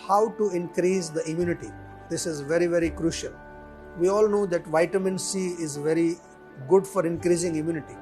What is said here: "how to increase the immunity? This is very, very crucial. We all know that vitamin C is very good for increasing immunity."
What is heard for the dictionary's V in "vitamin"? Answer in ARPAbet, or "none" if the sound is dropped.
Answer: V